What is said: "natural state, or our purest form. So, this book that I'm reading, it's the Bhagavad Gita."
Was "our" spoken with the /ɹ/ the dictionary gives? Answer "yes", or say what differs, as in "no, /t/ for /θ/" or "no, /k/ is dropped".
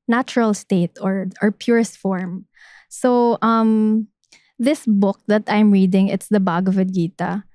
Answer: yes